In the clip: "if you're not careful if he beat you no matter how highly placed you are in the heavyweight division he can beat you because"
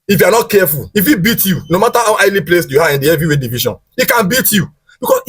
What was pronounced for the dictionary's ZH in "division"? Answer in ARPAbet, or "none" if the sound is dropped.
SH